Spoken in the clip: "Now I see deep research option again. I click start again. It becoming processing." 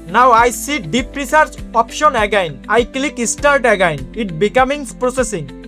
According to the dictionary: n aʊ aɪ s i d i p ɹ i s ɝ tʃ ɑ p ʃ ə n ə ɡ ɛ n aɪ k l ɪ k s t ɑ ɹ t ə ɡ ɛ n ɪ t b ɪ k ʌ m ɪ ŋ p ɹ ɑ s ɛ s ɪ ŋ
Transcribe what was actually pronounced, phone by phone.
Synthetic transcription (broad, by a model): n aʊ aɪ s i d i p ɹ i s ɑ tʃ ɑ p ʃ ə n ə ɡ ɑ n aɪ k l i k s t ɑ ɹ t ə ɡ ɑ n ɪ t b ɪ k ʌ m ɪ ŋ p ɹ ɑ s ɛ s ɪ ŋ